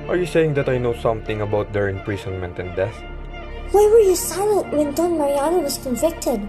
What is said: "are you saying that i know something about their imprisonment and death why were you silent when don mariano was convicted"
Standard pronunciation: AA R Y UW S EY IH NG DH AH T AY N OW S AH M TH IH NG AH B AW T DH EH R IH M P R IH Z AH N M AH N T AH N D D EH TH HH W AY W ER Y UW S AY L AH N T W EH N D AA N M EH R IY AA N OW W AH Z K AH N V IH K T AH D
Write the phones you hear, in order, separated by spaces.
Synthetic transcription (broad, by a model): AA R Y UW S EY IH NG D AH T AY N OW S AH M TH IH NG AH B AW T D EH R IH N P R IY S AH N M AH N T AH N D D EH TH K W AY W ER Y UW S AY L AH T W EH N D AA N M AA R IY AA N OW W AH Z K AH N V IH K T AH D